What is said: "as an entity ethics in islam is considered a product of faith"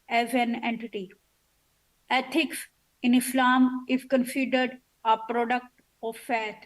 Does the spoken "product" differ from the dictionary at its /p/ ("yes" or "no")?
no